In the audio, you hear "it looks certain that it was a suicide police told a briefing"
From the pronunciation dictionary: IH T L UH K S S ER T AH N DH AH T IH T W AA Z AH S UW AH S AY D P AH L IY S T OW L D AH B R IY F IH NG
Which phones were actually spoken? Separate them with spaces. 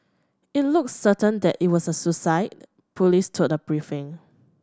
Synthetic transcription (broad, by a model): IH T L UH K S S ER T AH N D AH T IH T W AA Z AH S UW S AY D P AH L IY S T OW D AH B R IY F IH NG